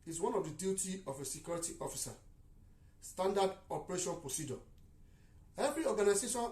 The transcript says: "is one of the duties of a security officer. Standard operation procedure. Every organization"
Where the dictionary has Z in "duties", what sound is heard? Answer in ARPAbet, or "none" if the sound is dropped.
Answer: none